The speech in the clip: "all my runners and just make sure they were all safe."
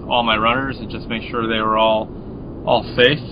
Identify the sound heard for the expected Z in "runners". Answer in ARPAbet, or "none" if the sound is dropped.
Z